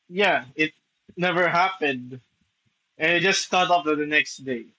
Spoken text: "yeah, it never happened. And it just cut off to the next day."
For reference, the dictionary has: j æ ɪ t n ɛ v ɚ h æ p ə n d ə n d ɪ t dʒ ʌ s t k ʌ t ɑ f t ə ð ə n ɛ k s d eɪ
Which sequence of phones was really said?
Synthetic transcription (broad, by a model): j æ ɪ t n ɛ v ɚ h æ p ə n d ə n ɪ t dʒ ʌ s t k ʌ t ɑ p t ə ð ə n ɛ k s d eɪ